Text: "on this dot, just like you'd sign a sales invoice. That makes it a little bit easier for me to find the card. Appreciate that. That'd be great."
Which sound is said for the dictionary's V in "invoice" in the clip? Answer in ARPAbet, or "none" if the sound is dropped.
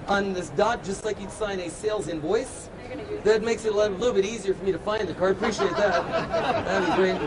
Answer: V